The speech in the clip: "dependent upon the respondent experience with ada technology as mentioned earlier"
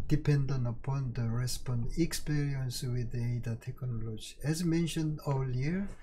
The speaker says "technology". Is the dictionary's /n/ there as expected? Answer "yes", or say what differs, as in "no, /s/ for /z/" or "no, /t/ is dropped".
yes